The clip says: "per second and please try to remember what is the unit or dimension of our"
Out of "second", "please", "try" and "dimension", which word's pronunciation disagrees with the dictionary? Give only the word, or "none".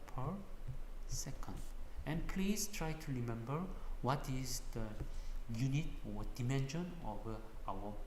please